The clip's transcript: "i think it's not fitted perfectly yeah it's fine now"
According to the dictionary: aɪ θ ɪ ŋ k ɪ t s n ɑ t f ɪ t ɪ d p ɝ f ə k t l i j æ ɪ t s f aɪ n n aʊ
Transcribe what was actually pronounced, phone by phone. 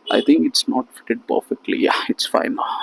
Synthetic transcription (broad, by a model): aɪ t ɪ ŋ k ɪ t s n ɑ t f ɪ t ɪ d p ɝ f ə k t l i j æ ɪ t s f aɪ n n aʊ